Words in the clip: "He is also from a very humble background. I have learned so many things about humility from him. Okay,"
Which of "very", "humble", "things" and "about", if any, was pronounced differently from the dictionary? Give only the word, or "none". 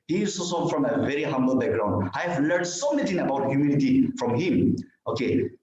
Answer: things